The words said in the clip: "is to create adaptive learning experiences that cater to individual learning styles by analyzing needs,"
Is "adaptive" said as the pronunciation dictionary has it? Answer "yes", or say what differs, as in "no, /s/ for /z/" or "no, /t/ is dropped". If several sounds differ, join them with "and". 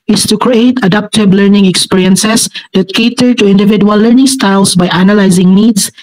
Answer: no, /b/ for /v/